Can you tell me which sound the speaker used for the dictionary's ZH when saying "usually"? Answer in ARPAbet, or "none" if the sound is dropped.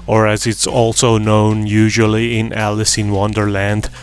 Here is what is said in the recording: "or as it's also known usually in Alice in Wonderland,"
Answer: ZH